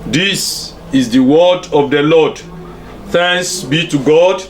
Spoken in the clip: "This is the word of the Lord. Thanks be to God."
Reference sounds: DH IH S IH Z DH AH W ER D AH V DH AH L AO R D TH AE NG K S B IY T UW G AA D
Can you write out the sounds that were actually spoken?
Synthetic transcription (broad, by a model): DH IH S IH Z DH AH W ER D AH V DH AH L AO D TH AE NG S B IY T UW G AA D